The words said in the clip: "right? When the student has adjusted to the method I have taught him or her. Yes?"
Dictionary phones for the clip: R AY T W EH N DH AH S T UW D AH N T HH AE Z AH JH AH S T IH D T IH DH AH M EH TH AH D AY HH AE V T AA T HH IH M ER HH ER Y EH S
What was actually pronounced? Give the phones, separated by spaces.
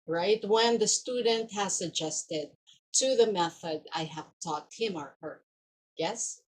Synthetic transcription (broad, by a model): R AY T W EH N DH AH S T UW D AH N T HH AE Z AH JH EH S T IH D T IH DH AH M EH TH AH D AY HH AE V T AA T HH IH M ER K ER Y EH S